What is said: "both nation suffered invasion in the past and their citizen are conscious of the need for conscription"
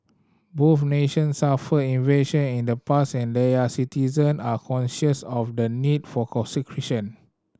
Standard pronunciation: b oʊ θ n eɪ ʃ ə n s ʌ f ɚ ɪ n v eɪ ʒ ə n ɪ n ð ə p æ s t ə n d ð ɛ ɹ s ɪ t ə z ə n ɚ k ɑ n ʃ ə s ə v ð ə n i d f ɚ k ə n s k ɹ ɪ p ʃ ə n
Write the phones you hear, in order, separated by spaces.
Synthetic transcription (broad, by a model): b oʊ f n eɪ ʃ ə n s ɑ f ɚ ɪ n v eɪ ʃ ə n ɪ n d ə p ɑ s ə n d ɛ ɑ s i t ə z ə n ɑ k ɑ n ʃ ə s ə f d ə n i d f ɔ k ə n s k ɹ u ʃ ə n